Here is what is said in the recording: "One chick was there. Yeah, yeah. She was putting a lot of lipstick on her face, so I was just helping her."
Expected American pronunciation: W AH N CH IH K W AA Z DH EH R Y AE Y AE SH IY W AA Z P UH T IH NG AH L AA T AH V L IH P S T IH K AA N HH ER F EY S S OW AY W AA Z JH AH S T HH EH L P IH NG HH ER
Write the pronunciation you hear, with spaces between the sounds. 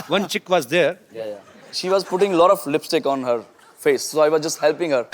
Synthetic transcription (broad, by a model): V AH N CH IH K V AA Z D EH R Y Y SH IY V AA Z P UH T IH NG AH L AA T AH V L IH P S T IH K AA N HH ER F EY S S OW AY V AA Z JH AH S T HH EH L P IH NG HH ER